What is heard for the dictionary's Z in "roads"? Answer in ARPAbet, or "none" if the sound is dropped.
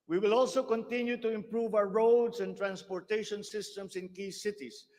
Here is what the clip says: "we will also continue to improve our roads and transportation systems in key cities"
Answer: S